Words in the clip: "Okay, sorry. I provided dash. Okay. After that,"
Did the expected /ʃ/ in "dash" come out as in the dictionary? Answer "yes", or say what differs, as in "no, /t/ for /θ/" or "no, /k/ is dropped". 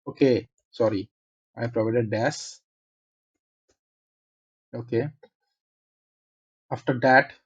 no, /s/ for /ʃ/